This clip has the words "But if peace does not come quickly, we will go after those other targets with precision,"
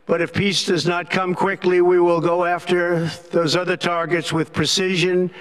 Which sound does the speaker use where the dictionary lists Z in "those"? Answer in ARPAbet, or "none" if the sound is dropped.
Z